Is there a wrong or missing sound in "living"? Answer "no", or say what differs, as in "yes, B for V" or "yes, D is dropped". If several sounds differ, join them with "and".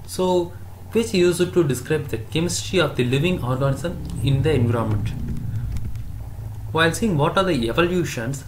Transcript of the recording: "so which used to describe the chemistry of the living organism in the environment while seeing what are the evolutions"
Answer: no